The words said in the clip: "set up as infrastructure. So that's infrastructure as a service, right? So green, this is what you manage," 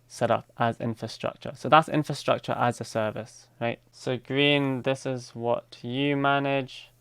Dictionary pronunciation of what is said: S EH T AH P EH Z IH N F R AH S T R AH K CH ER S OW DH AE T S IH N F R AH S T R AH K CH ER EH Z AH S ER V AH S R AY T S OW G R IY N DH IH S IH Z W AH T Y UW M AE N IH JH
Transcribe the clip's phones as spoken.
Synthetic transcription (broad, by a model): S EH T AH P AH Z IH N F R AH S T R AH K CH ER S OW DH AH T S IH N F R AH S T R AH K CH ER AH Z AH S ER V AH S R AY T S OW G R IY N DH IH S IH Z W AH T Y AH M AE N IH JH